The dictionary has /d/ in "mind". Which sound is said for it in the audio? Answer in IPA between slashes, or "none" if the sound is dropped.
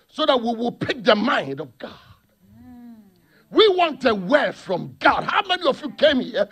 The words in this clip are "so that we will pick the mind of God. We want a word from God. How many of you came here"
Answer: /d/